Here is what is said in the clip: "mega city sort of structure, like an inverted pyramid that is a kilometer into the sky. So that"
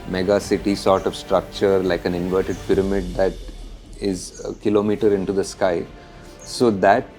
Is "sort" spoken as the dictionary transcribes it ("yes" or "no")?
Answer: yes